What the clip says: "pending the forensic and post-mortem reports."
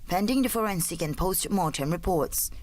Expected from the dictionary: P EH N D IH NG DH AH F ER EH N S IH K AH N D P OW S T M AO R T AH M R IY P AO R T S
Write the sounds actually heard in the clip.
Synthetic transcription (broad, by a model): P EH N D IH NG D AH F ER EH N S IH K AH N P OW S T M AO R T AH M R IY P AO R T S